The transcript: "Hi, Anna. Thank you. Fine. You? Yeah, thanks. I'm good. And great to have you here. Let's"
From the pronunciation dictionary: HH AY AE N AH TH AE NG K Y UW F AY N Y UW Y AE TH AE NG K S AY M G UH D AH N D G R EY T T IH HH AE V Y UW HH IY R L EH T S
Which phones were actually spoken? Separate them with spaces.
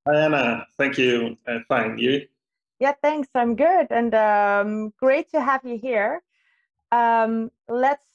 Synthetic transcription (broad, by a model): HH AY AE N AH TH AE NG K Y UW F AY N Y UW Y AE TH AE NG K S AY M G UH D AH N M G R EY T T IH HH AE V Y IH HH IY R L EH T S